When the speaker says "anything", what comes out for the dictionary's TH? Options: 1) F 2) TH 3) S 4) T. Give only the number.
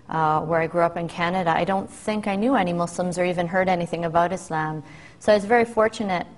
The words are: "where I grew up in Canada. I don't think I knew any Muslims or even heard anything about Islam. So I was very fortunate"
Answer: 2